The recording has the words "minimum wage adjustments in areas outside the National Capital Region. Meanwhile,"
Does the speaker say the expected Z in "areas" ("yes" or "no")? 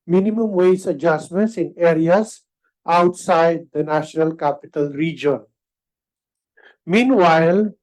no